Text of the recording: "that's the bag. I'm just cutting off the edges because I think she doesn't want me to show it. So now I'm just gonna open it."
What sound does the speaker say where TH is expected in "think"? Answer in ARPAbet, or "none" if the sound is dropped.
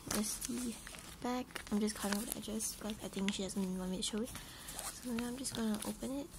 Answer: T